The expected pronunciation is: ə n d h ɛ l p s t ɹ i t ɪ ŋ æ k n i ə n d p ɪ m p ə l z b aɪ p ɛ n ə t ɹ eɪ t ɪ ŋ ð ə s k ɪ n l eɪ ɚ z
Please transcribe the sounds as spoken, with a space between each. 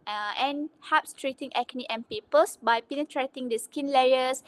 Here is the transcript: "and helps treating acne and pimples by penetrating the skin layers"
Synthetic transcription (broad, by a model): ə n h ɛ p s t ɹ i t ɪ ŋ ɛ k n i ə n p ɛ p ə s b aɪ p ɛ n ə t ɹ eɪ t ɪ ŋ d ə s k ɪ n l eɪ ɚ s